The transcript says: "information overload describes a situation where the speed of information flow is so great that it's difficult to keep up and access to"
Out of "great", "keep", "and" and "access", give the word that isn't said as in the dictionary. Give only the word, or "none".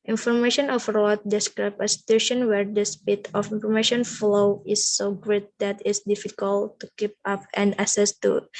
access